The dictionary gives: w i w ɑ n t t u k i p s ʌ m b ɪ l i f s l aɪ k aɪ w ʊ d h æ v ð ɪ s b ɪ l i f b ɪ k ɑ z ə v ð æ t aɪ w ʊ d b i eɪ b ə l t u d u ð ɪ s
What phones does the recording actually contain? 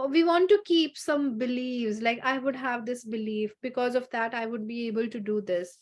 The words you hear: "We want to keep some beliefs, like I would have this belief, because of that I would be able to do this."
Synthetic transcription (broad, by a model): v i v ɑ n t t u k i p s ʌ m b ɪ l i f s l aɪ k aɪ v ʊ d h æ v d ɪ s b ɪ l i f b ɪ k ɑ z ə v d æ t aɪ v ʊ d b i eɪ b ə l t u d u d ɪ s